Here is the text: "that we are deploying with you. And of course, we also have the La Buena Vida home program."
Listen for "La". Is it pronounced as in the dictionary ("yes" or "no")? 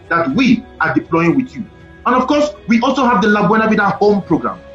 yes